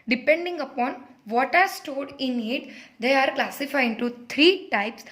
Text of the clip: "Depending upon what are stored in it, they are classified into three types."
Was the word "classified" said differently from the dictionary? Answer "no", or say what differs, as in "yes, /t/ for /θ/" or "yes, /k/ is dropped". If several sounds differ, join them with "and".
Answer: yes, /d/ is dropped